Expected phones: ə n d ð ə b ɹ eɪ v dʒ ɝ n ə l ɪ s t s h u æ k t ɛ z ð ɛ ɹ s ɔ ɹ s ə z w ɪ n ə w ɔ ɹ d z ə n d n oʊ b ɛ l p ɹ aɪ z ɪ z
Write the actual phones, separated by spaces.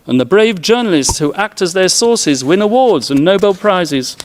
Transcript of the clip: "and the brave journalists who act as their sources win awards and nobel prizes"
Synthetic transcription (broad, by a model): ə n ð ə b ɹ eɪ v dʒ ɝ n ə l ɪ s t s h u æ k t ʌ z ð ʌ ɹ s ɔ ɹ s ə z w ɪ n ə w ɔ ɹ d z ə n n oʊ b ɛ l p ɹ aɪ z ɪ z